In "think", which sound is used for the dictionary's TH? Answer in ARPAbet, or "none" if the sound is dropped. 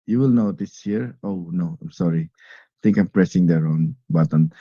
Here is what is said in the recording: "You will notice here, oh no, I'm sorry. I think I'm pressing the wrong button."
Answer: T